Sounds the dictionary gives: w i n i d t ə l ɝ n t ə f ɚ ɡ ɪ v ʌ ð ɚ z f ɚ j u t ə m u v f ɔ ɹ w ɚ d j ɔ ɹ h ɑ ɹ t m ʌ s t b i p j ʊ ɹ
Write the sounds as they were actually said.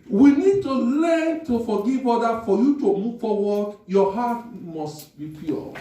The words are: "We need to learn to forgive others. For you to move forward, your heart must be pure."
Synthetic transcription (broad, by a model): w i n i d t ə l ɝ n t ə f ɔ ɡ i v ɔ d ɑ f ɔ j u t ə m u v f ɔ w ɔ d j ɔ h ɑ t m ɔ s t b i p j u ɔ